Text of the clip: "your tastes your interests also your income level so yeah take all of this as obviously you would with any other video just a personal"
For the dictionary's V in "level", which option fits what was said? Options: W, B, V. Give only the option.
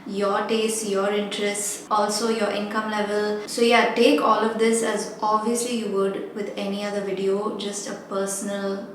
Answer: V